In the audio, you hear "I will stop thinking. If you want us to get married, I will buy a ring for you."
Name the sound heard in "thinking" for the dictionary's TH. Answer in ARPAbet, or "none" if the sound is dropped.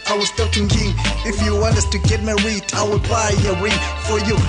T